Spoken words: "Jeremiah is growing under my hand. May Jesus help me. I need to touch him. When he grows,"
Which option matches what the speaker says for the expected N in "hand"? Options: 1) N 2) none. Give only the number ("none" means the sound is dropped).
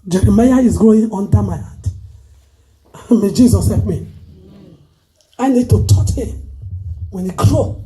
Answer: 2